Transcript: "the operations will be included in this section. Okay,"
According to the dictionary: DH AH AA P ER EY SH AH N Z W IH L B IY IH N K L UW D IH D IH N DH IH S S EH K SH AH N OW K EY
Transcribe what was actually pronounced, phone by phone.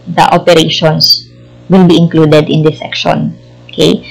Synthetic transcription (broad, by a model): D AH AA P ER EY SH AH N S W IH L B IY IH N K L UW D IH D IH N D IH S S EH K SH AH N OW K EY